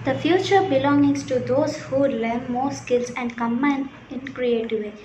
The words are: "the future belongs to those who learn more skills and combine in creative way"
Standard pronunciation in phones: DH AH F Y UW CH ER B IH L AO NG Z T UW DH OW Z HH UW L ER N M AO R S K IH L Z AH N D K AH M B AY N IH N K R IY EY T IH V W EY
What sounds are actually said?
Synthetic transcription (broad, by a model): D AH F Y UW CH ER B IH L AO NG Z T UW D OW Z HH UW L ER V M AO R S K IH L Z AH N D K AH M AY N IH N K R IY EY T IH V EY